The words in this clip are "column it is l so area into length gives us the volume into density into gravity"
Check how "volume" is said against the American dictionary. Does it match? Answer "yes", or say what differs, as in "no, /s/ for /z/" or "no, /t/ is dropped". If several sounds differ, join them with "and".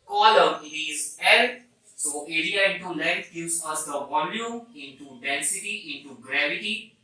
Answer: no, /m/ is dropped